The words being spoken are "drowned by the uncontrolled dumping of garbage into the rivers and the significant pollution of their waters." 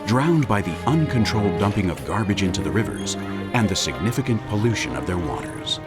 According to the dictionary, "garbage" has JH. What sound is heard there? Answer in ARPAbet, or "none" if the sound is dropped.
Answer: JH